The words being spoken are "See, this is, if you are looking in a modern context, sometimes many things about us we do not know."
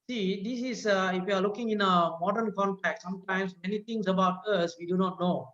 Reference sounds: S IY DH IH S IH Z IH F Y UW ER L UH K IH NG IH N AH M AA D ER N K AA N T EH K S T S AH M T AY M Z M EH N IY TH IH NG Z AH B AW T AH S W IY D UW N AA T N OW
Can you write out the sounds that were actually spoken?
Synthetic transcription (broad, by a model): S IY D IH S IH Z IH F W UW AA L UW K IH NG IH N AH M AA D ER N K AA N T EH K T S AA M T AY M S M EH N IY T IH NG S AH B AW T AH S W IY D UW N AA T N OW